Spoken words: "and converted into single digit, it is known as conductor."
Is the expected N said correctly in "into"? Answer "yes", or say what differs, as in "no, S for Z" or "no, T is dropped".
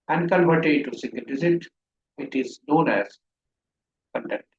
no, N is dropped